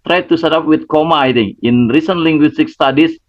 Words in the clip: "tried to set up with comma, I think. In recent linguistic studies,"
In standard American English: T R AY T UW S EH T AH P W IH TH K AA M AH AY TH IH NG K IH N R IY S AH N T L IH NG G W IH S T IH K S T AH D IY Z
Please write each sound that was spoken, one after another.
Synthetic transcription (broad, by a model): T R AY T UW S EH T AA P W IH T K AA M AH AY T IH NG IH N R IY S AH N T L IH NG G W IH S T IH K S T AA D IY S